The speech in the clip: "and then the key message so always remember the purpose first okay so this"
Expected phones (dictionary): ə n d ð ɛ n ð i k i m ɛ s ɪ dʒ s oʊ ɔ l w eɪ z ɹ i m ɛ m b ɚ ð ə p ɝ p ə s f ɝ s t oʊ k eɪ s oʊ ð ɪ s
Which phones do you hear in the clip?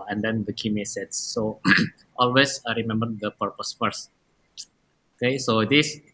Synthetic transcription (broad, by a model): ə n d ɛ n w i k i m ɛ s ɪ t s oʊ ɔ l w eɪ s ɹ i m ɛ m b ɚ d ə p ɝ p ə s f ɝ s oʊ k eɪ s oʊ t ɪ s